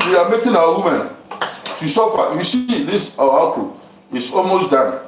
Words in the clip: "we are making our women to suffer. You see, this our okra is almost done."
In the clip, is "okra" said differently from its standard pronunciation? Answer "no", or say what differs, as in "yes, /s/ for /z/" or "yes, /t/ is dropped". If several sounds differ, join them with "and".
yes, /ɹ/ is dropped